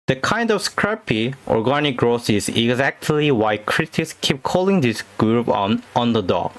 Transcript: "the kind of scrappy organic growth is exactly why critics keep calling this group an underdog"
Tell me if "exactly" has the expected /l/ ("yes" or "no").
yes